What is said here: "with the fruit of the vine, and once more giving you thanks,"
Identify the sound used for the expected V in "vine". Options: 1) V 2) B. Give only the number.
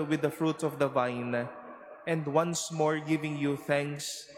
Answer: 1